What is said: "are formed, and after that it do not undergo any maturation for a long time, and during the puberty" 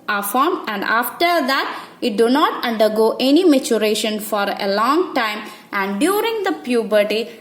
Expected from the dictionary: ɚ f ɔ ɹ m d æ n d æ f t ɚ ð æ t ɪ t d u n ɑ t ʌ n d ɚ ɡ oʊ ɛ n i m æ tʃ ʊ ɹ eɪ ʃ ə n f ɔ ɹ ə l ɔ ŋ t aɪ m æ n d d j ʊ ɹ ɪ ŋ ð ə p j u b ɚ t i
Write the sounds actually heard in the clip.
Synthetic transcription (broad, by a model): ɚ f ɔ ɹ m æ n d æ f t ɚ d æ t ɪ t d u n ɑ t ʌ n d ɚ ɡ oʊ ɛ n i m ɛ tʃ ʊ ɹ eɪ ʃ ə n f ɔ ɹ ə l ɔ ŋ t aɪ m æ n d d j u ɹ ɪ ŋ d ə p j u b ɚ t i